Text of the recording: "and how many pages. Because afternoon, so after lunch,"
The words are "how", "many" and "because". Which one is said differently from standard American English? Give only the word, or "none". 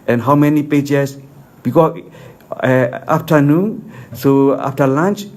because